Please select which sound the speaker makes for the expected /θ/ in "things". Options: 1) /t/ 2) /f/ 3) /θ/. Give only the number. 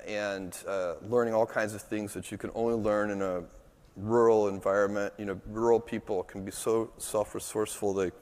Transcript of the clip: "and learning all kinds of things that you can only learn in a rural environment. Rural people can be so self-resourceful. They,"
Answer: 3